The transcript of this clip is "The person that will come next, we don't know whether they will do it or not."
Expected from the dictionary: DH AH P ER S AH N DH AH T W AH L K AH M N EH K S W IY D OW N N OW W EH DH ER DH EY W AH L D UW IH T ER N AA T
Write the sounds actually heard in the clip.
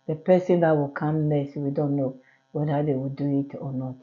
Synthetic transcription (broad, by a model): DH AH P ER S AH N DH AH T W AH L K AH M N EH S W IY D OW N N OW W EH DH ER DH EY W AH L D UW IH T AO N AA T